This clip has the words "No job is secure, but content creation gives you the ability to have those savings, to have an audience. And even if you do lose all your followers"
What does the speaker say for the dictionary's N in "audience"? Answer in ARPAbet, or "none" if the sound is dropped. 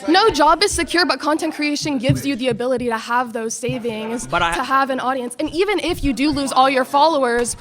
N